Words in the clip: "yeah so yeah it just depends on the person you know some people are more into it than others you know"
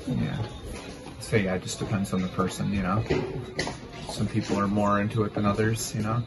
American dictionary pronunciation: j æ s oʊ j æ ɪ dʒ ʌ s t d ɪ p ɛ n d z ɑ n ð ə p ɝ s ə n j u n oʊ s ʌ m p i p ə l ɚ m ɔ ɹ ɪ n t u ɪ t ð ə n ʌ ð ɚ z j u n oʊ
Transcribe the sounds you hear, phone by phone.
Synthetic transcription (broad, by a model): j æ s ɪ j æ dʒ ʌ s d ɪ p ɛ n d z n ð ə p ɝ s ə n j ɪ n oʊ s ʌ m p i p l ɚ m ɔ ɹ ɪ n t u ɪ t ð ə n ʌ ð ɚ z j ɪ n oʊ